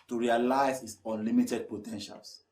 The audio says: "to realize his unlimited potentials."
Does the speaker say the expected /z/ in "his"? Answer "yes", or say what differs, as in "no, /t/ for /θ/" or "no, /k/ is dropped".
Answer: no, /s/ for /z/